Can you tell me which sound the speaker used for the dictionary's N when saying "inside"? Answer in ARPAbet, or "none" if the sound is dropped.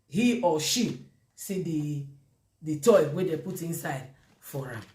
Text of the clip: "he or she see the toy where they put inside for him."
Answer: N